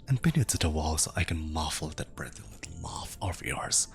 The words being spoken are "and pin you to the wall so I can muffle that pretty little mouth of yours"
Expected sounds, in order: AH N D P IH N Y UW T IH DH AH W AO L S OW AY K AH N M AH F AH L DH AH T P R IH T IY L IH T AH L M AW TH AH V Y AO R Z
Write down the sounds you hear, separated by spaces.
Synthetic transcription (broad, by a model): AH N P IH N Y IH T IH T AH W AO L S OW AY K AH N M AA F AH L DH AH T B R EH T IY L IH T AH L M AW F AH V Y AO R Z